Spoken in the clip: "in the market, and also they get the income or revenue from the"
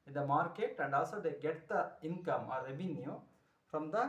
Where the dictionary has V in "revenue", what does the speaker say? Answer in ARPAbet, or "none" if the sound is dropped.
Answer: B